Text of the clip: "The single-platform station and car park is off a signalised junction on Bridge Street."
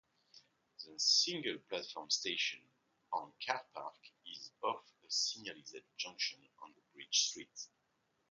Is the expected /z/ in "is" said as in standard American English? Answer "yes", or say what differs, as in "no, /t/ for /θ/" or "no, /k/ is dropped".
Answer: yes